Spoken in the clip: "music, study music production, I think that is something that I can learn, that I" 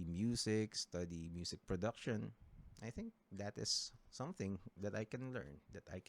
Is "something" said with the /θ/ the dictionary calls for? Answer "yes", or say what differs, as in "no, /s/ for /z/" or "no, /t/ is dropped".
yes